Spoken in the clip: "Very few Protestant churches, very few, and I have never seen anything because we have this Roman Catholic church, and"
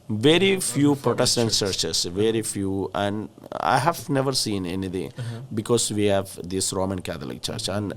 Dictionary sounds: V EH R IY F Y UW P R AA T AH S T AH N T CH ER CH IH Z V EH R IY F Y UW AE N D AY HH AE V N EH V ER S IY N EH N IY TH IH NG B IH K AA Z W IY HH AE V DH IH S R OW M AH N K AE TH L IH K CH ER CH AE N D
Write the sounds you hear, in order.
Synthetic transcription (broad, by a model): V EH R IY F Y UW P R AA T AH S T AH N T CH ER CH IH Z V EH R IY F Y UW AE N D AY HH AE V N EH V ER S IY N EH N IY T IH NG B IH K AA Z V IY HH AE V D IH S R OW M AH N K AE T L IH K CH ER CH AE N D